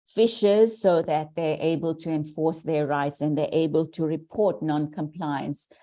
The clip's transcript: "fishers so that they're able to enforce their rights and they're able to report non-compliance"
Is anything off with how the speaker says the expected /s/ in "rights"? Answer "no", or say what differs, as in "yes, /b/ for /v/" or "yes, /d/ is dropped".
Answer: no